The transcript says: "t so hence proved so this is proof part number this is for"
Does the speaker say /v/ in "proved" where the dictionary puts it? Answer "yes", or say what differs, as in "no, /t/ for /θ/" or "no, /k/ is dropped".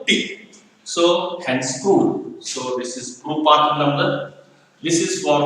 no, /v/ is dropped